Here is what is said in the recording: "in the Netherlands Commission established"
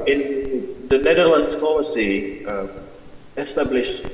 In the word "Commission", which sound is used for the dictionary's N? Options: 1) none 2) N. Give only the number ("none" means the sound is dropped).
1